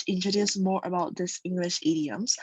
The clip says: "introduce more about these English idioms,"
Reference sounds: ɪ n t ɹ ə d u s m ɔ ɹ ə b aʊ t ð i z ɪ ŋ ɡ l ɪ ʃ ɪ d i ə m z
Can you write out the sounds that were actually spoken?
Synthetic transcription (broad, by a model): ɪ n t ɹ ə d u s m ɔ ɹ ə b aʊ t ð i s ɪ ŋ ɡ l ɪ ʃ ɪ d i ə m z